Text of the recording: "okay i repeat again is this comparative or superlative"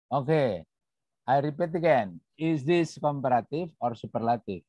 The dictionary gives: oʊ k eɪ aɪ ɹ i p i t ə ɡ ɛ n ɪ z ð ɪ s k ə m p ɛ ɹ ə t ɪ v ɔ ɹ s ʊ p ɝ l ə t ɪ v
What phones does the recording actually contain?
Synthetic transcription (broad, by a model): oʊ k eɪ aɪ ɹ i p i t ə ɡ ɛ n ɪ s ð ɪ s k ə m p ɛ ɹ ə t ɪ f ɔ ɹ s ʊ p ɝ l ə t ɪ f